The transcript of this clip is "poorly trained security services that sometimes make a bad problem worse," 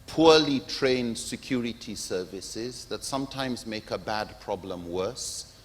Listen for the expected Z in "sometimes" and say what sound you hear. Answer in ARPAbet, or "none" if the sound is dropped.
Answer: Z